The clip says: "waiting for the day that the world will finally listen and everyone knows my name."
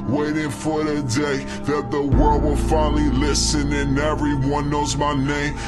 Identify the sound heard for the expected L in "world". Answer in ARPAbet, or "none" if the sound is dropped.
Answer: L